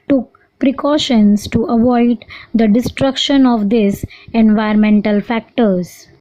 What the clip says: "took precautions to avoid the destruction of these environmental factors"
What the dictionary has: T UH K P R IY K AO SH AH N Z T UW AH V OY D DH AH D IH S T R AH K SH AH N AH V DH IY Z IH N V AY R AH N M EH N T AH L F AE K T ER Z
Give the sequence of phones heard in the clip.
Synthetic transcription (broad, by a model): T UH K P R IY K AO SH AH N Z T UW AH V OY D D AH D IH S T R AH K SH AH N AH V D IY S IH N V AY AH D M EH N T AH L F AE K T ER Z